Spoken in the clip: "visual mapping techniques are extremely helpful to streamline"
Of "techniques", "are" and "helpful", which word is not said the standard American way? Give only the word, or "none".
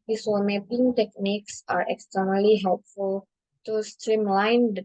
none